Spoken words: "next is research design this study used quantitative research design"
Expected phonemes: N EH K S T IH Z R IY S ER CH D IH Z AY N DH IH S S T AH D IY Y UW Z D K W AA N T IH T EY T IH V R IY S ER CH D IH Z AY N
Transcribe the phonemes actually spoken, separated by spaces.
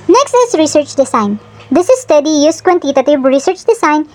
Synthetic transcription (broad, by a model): N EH K S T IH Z R IY S ER CH D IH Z AY N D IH S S T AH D IY Y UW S K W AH N T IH T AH T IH B R IY S ER CH D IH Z AY N